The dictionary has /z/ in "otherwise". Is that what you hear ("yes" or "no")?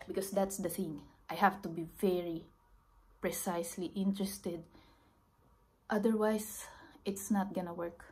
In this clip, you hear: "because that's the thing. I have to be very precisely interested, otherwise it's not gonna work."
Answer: no